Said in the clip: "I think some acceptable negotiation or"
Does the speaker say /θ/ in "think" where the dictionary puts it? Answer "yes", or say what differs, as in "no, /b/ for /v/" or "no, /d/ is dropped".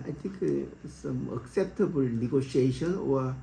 no, /t/ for /θ/